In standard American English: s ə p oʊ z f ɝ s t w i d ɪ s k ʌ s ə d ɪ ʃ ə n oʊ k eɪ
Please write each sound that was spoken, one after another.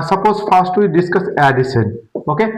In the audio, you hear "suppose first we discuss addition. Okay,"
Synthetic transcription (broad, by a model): s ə p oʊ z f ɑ s t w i d ɪ s k ʌ s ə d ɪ s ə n oʊ k eɪ